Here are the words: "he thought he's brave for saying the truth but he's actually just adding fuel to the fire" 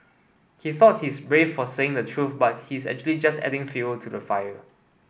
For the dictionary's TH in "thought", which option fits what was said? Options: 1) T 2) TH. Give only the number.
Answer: 2